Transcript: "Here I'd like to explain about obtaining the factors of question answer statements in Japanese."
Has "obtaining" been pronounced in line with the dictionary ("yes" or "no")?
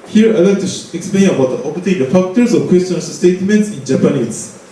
no